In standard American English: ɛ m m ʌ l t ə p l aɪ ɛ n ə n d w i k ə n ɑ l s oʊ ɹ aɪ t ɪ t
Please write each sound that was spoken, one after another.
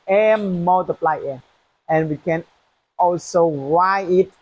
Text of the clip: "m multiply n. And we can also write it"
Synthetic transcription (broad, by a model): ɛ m m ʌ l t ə p l aɪ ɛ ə n w i k ə n ɑ l s oʊ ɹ aɪ ɪ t